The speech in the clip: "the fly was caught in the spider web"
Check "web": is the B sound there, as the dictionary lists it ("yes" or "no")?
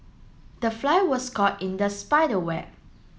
no